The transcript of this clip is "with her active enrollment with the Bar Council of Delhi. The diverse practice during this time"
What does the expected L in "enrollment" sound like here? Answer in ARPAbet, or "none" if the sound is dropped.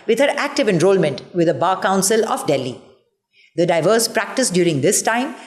L